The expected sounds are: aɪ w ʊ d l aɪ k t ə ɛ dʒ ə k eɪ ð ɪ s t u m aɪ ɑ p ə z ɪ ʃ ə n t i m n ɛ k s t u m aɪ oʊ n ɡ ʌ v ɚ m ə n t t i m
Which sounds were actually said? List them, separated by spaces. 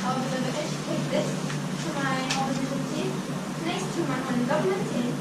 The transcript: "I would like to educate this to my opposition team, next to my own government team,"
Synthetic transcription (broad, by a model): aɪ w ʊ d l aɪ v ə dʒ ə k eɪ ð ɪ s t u m aɪ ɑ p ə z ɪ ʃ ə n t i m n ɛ s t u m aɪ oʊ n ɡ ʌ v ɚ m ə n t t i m